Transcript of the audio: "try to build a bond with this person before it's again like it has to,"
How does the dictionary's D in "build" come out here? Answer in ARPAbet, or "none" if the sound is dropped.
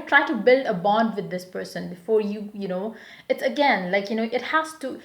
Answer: D